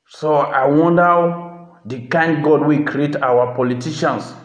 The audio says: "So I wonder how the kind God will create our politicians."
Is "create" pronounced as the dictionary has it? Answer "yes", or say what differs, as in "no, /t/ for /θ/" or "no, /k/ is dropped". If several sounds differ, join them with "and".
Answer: yes